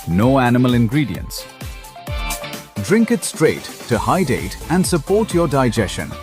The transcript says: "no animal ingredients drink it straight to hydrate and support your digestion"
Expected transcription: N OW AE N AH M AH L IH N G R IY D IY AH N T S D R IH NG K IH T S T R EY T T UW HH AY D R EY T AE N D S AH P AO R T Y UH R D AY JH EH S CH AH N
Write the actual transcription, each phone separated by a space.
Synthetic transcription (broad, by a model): N OW AE N AH M AH L IH N G R IY D IY AH N T S D R IH NG K IH T S T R EY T T UW HH AY D EY T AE N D S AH P AO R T Y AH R D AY JH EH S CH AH N